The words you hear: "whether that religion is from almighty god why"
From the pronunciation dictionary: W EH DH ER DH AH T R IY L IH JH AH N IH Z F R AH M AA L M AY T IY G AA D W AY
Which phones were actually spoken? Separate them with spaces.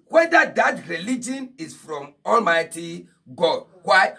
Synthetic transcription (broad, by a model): W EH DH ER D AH T R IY L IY JH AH N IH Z F R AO M AA L M AY T IY G AA D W AY